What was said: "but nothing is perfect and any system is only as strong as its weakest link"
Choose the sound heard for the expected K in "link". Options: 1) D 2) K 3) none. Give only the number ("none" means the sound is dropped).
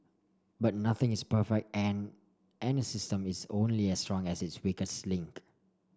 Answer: 2